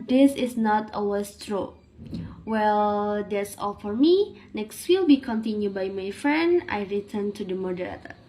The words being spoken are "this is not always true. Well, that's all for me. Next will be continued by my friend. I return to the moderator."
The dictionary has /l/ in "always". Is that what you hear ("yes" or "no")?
no